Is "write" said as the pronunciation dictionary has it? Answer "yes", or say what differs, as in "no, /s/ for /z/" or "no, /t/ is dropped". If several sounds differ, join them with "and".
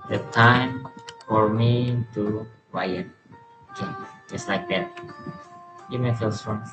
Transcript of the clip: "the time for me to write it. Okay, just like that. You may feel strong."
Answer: no, /t/ is dropped